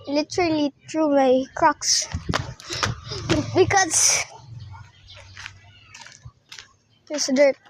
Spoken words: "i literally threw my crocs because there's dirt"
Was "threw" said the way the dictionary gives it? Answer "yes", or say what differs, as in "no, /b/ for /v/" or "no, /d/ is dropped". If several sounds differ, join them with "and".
no, /t/ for /θ/